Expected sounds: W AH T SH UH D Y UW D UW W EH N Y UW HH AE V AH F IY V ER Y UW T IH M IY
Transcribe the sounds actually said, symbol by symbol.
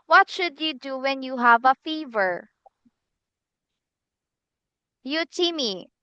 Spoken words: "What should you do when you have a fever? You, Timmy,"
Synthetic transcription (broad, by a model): W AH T SH UH D Y UW D UW W EH N Y UW HH AE V AH F IY V ER Y UW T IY M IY